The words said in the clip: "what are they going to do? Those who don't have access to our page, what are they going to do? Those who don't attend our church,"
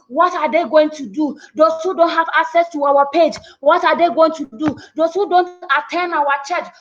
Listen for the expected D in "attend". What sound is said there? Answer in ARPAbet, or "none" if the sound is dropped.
none